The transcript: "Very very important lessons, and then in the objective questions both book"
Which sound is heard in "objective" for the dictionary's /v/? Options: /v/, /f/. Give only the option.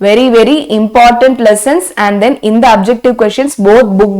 /v/